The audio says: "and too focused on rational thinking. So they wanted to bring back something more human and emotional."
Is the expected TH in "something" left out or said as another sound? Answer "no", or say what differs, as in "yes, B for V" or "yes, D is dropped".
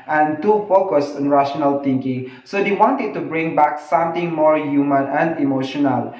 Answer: yes, T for TH